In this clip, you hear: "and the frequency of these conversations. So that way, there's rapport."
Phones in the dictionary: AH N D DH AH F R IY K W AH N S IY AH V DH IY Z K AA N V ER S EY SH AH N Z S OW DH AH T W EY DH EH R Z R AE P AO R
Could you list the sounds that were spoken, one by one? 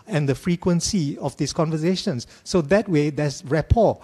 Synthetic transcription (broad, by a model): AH N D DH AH F R IY K W AH N S IY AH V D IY S K AA N V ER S EY SH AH N S OW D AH T W EY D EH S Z R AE P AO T